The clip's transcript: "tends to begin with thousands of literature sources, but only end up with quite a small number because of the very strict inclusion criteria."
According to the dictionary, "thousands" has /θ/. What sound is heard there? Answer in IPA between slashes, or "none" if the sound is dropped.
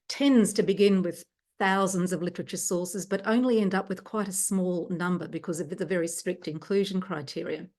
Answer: /θ/